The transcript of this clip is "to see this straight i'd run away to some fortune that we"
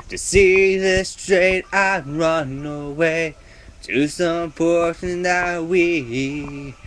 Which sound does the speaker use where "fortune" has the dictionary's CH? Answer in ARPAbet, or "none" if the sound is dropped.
SH